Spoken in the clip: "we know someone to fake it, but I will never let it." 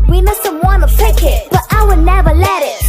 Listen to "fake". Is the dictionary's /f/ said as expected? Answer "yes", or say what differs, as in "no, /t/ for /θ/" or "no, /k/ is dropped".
no, /p/ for /f/